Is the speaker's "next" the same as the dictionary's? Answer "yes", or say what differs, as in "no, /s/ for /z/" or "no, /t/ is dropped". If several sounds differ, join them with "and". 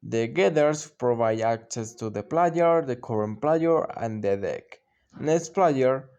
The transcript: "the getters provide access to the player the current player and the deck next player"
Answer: no, /k/ is dropped